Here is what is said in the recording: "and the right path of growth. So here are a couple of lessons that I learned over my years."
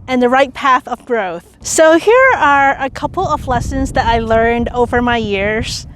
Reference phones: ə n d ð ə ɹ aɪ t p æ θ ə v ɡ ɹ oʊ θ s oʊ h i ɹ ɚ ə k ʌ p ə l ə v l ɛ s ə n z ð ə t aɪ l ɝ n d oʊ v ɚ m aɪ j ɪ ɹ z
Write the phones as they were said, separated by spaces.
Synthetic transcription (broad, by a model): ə n ð ə ɹ aɪ t p æ θ ə v ɡ ɹ oʊ θ s oʊ h i ɹ ɚ ə k ʌ p l ə v l ɛ s ə n z ð ə t aɪ l ɝ n d oʊ v ɚ m aɪ j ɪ ɹ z